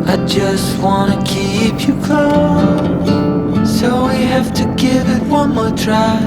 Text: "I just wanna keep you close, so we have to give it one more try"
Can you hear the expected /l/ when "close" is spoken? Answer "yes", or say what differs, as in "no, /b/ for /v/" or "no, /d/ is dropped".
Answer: no, /l/ is dropped